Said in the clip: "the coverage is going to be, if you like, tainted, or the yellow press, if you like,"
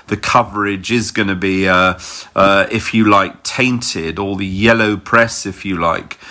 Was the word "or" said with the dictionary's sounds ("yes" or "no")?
no